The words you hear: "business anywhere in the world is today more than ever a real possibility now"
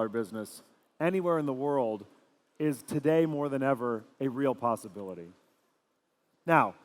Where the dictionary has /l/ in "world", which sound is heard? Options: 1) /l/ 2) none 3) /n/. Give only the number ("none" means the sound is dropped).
1